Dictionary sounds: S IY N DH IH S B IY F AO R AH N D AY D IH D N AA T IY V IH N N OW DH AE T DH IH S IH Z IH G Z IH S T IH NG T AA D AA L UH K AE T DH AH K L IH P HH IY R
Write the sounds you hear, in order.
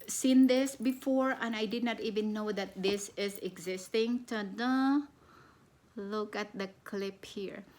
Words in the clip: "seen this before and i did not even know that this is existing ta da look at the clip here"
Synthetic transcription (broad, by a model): S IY N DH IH S B IY F AO R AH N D AY D IH D N AA T IY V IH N N OW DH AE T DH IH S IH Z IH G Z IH S T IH NG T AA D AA L UH K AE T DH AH K L IH P HH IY R